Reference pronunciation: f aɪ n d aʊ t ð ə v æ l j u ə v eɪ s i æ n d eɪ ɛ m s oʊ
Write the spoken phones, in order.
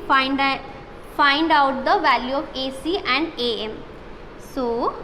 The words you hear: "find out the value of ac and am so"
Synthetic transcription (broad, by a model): f aɪ n d aʊ t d ə v æ l j u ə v eɪ s i æ n d eɪ ɛ m s oʊ